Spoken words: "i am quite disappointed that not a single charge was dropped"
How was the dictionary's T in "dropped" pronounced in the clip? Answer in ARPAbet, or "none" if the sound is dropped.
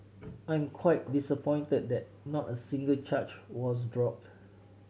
T